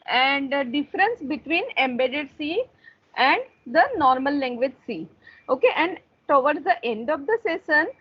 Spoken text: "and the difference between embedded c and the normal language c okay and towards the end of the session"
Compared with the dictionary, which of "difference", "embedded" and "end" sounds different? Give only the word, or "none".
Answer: none